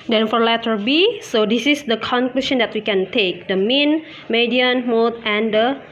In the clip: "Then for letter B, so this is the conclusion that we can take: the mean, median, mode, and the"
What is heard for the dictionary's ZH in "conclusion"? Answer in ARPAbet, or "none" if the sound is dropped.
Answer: SH